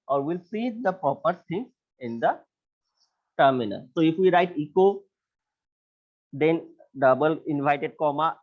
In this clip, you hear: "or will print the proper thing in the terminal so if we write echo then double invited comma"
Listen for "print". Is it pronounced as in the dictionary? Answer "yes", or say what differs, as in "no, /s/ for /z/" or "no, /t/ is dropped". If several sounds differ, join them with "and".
no, /n/ is dropped